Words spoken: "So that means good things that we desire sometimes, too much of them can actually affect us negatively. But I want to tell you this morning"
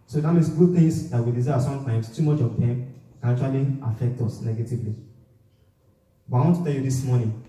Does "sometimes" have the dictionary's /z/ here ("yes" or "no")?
no